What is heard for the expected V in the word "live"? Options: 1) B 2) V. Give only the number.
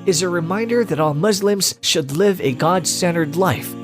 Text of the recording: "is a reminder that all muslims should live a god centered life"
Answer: 2